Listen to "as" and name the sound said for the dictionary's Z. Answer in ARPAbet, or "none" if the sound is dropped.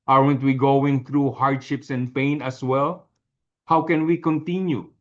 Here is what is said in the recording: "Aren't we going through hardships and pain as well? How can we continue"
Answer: S